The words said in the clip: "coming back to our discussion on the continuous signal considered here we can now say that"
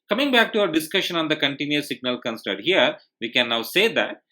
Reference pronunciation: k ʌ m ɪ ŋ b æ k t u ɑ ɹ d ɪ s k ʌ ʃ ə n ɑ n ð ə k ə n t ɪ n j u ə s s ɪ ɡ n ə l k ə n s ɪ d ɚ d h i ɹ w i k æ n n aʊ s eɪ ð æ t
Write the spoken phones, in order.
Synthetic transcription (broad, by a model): k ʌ m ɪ ŋ b æ k t u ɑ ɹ d ɪ s k ʌ ʃ ə n ɑ n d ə k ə n t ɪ n j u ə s s ɪ ɡ n ə l k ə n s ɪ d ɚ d h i ɹ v i k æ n n aʊ s eɪ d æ t